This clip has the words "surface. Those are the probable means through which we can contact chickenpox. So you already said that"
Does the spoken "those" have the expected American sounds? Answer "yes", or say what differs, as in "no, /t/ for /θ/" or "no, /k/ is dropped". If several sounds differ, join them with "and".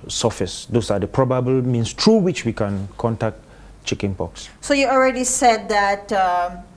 no, /s/ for /z/